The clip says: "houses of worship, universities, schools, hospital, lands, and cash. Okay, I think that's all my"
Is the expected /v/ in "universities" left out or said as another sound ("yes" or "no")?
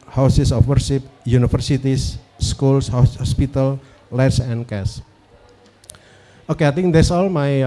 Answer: yes